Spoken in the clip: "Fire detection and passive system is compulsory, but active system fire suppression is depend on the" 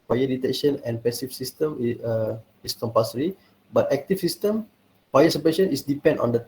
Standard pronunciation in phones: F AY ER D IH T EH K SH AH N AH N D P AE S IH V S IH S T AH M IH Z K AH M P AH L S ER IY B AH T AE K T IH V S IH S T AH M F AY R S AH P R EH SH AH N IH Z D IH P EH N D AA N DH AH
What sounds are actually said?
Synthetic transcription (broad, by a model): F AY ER D IH T EH K SH AH N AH N P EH S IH F S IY S T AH M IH S K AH M P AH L S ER IY B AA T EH K T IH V S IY S T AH M P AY S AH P EH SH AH N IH S D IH P EH N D AA N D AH